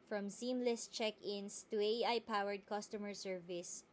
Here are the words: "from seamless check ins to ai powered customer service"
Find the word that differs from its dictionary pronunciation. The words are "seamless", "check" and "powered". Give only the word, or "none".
none